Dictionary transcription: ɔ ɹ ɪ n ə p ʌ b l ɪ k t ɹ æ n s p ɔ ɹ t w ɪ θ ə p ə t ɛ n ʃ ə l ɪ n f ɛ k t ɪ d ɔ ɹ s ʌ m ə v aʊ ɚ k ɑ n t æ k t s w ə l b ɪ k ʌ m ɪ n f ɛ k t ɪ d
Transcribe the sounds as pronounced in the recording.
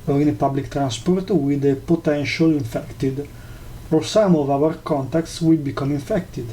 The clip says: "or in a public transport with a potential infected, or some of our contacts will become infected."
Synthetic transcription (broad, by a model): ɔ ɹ ɪ n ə p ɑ b l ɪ k t ɹ æ n s p ɔ ɹ t w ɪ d ə p ə t ɛ n ʃ ə l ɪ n f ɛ k t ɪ d ɔ ɹ s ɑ m ə v aʊ ɚ k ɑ n t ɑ k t s w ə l b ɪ k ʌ m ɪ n f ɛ k t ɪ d